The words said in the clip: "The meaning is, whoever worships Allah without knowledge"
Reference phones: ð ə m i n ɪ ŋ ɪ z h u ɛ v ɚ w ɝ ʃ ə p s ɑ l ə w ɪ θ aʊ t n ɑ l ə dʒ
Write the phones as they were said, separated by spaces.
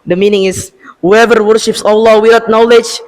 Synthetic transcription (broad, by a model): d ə m i n ɪ ŋ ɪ s h u ɛ v ɚ w ɝ ʃ ə p s ɑ l ə w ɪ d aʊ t n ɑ l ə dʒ